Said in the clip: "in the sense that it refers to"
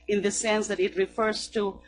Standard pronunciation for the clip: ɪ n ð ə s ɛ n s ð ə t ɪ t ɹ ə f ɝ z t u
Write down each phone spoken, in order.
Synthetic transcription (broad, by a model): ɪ n ð ə s ɛ n s ð ə t ɪ t ɹ ə f ɝ z t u